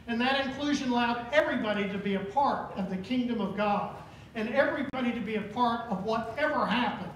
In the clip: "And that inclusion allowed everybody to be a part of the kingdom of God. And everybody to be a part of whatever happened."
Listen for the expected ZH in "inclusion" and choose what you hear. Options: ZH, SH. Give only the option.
ZH